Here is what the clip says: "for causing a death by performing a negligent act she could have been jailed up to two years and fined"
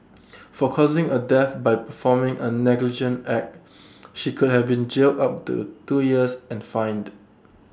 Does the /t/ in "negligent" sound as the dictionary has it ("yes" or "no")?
yes